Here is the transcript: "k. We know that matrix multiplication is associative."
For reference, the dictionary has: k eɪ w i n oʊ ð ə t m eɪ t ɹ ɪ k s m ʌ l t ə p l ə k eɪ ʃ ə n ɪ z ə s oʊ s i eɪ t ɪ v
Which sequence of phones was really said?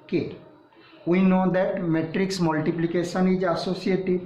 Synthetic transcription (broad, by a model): k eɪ w i n oʊ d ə t m eɪ t ɹ ɪ k s m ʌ l t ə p l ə k eɪ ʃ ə n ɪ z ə s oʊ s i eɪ t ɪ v